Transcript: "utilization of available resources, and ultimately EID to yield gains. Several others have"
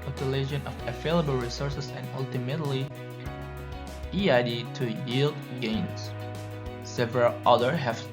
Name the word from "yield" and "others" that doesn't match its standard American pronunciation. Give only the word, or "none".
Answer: others